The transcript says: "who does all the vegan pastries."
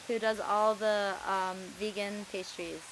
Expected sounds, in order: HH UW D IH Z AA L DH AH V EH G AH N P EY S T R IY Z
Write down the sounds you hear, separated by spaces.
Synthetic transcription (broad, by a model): HH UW D IH Z AA L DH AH V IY G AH N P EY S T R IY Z